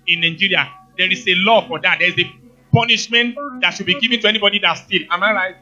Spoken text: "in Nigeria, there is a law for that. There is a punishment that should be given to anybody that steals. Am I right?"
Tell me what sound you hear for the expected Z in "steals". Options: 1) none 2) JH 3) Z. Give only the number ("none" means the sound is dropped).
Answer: 1